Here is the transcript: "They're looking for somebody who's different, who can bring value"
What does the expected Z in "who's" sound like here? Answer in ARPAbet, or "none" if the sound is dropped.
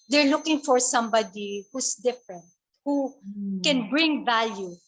S